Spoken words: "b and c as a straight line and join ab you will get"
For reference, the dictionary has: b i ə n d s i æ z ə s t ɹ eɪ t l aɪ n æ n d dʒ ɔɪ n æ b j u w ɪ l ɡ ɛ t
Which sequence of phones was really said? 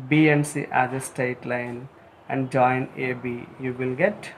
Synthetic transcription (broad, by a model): b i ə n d s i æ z ə s t eɪ t l aɪ n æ n d dʒ ɔɪ n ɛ b j u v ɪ l ɡ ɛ t